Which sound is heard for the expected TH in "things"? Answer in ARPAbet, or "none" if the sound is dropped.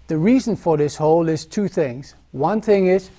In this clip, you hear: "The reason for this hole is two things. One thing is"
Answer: TH